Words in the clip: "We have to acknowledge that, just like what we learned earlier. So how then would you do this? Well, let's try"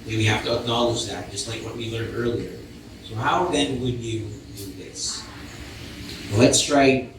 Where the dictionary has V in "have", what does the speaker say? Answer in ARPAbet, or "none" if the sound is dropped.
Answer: F